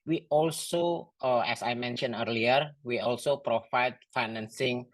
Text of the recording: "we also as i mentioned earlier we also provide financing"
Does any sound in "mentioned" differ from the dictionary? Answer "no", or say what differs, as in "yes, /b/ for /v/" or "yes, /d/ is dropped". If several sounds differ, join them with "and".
yes, /d/ is dropped